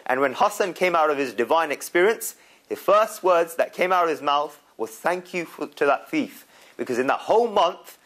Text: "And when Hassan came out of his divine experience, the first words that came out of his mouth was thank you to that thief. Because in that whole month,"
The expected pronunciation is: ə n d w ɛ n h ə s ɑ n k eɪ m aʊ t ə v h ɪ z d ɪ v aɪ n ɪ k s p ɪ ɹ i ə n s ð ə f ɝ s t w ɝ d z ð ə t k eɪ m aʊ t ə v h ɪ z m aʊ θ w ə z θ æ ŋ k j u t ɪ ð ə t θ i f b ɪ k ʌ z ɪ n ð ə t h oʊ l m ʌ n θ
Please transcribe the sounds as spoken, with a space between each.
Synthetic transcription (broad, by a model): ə n w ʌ n h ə s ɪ n k eɪ m aʊ t ə v ɪ z d ɪ v aɪ n ɪ k s p ɪ ɹ i ə n s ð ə f ɝ s t w ɝ d z ð ə t k eɪ m aʊ t ə v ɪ z m aʊ θ w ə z θ æ ŋ k j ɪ t ɪ ð ə t θ i f b ɪ k ʌ z ɪ n ð ə t h oʊ l m ʌ n θ